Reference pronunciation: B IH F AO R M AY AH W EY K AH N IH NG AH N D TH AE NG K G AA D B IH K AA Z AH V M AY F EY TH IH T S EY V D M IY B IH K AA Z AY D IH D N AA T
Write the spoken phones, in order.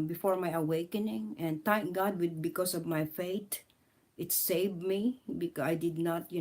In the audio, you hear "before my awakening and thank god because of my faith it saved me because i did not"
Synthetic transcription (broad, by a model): B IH F AO R M AY AH W EY K AH N IH NG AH N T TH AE NG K G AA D B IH K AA S AH V M AY F EY T IH T S EY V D M IY B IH K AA AY D IH D N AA T